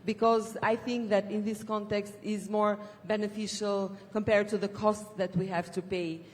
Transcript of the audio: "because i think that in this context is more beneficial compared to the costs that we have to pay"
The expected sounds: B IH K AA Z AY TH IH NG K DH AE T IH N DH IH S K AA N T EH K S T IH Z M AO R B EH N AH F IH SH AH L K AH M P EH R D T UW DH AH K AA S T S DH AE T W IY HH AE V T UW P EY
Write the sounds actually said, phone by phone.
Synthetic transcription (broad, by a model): B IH K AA Z AY TH IH NG K DH AE T IH N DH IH S K AA N T EH K S T IH Z M AO R B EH N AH F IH SH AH L K AH M P EH R D T UW DH AH K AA S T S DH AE T W IY HH AE V T UW P EY